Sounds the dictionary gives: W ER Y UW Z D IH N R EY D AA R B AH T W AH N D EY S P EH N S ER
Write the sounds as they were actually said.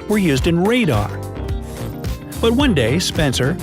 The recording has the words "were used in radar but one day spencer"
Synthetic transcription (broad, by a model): W ER Y UW Z D IH N R EY D AA R B AH T W AH N D EY S P EH N S ER